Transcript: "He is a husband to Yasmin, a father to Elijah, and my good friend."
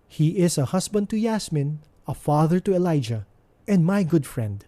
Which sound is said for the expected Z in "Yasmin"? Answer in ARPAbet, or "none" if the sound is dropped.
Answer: S